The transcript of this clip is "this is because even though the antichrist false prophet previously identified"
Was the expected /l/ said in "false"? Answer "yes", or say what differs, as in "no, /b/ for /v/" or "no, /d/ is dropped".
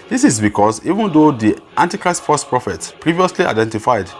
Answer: no, /l/ is dropped